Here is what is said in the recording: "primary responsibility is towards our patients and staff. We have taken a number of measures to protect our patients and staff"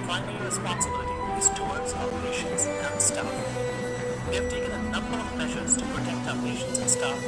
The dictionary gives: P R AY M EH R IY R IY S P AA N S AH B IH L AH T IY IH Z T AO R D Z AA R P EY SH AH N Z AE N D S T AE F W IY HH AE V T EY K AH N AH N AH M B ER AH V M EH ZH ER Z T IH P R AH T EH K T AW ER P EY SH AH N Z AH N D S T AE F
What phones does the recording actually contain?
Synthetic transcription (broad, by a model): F AY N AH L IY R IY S P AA N S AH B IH L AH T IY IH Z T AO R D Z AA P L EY SH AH N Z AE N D S T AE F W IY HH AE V T EY K AH N AH N AH M B ER AH V M EH ZH ER Z T IH P R AH T EH K T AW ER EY SH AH N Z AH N S T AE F